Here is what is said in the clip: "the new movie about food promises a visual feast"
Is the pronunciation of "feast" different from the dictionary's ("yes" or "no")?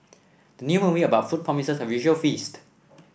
no